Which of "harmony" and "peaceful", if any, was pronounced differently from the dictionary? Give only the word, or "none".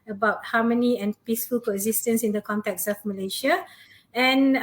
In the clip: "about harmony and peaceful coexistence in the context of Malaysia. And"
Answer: harmony